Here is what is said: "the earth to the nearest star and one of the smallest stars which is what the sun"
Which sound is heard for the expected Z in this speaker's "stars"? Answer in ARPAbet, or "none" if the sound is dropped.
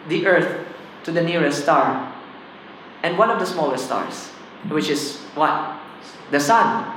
S